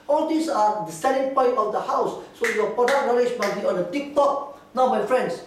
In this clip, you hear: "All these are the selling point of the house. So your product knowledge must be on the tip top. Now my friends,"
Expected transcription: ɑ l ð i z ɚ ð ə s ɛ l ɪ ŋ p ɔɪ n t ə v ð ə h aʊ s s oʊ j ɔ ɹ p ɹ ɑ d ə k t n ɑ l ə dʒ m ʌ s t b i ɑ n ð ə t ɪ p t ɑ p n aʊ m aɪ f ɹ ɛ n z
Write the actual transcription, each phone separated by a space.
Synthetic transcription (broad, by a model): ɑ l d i s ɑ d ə s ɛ n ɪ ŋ p ɔɪ n t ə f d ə h aʊ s s oʊ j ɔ p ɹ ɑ d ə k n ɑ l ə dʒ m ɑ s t b i ɑ n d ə t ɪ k t ɑ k n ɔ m aɪ f ɹ ɛ n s